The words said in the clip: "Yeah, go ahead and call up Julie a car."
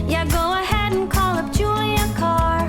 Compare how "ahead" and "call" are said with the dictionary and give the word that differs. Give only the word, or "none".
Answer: none